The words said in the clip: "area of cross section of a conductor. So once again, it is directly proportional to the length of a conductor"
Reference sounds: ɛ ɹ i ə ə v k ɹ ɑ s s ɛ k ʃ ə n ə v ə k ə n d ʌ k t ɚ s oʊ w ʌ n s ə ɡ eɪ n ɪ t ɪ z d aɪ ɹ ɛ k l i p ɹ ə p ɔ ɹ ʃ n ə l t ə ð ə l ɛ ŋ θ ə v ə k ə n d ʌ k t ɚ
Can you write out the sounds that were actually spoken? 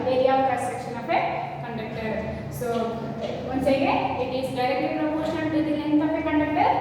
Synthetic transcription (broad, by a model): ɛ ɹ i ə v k ɑ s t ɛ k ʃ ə n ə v ə k ə n d ʌ k t ɚ s oʊ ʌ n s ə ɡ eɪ ɪ t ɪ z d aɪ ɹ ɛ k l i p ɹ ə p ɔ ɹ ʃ ə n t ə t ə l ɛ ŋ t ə p ə k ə n d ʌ k t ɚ